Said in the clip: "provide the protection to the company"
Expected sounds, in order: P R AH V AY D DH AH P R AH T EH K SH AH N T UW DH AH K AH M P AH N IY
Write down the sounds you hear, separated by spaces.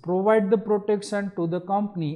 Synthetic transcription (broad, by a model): P R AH V AY D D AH P R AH T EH K S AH N T UW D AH K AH M P AH N IY